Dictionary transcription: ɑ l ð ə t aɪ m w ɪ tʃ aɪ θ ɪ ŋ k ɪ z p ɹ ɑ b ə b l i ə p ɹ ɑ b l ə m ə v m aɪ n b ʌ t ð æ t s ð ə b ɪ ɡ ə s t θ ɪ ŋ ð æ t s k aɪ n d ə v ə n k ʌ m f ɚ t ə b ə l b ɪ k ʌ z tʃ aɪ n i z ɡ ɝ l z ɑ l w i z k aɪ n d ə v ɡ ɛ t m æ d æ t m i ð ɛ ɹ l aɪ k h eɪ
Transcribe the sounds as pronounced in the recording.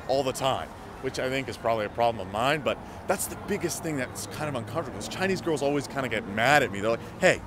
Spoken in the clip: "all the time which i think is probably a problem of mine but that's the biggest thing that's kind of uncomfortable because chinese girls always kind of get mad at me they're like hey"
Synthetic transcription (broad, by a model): ɑ l ð ə t aɪ m w ɪ tʃ aɪ θ ɪ ŋ k ɪ z p ɹ ɑ b ə b l i ə p ɹ ɑ b l ə m ə v m aɪ n b ʌ t ð æ t s ð ə b ɪ ɡ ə s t θ ɪ ŋ ð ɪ t s k aɪ n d ə v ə n k ʌ m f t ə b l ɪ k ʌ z tʃ aɪ n i z ɡ ɝ l z ɑ l w i z k aɪ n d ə ɡ ɛ t m æ d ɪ t m i ð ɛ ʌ l aɪ k h eɪ